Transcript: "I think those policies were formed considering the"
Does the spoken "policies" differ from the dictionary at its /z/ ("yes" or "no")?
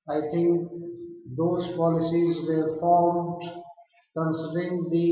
no